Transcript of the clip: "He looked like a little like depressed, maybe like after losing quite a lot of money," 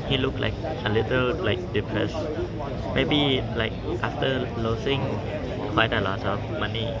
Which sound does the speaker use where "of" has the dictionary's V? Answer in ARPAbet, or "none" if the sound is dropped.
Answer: F